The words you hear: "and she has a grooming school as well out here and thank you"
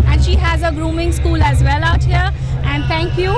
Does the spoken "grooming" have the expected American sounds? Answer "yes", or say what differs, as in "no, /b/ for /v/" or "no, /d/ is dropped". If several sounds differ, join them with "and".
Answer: yes